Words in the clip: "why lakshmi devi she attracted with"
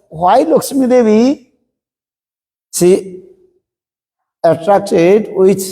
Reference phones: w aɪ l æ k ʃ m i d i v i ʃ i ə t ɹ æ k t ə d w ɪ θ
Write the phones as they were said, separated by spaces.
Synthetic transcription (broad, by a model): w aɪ l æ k s m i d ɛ b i s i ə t ɹ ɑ k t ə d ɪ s